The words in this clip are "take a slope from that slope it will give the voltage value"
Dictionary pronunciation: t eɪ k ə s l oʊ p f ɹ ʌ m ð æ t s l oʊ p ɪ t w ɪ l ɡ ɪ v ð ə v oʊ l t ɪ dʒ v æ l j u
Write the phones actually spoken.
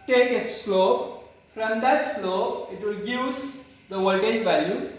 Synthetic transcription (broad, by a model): t eɪ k ə s l oʊ p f ɹ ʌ m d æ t s l oʊ p ɪ t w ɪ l ɡ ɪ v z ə w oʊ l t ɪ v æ l j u